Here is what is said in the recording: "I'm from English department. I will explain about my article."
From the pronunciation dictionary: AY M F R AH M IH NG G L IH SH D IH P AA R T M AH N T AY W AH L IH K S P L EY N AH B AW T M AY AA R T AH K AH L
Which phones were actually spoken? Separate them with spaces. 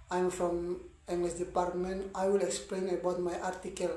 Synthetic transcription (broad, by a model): AY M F R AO M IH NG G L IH S D IH P AA R T M AH N T AY W AH L IH K S P L EY N AH B AW T M AY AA R T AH K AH L